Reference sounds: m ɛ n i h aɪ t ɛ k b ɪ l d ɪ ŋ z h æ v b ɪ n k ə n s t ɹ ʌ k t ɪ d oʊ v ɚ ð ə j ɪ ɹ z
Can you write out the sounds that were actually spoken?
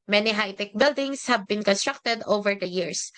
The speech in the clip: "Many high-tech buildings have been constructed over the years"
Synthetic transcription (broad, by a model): m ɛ n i h aɪ t ɛ k b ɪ l d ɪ ŋ s h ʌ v b ɪ n k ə n s t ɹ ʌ k t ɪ d oʊ v ɚ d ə j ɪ ɹ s